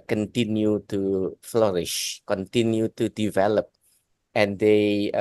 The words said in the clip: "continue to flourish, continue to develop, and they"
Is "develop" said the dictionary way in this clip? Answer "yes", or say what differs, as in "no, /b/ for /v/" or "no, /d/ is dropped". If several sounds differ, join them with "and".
yes